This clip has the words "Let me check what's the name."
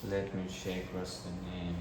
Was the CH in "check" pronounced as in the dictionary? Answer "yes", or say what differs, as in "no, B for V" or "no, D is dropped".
no, SH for CH